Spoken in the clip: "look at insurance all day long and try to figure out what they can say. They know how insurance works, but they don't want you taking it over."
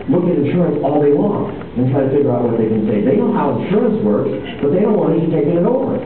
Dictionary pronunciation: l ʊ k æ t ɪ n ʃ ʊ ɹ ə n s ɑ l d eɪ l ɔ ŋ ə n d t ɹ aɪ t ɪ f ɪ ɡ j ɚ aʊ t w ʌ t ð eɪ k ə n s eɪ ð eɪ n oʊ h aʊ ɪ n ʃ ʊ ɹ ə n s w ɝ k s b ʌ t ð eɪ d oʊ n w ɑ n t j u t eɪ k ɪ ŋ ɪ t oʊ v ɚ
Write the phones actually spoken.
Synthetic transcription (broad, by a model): l ʊ k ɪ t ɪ ʃ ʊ ɹ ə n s ɑ l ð eɪ w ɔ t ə n t ɹ aɪ t ɪ f ɪ ɡ j ɚ aʊ t w ʌ t ð eɪ k ə n s eɪ ð eɪ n oʊ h aʊ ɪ ʃ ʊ ɹ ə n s w ɝ k s b ʌ t ð eɪ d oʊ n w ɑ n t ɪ t eɪ k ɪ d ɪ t oʊ v ɚ